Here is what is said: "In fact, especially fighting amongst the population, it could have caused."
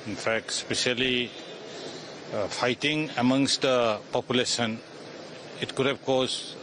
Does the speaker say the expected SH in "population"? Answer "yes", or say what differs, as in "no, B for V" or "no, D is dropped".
no, S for SH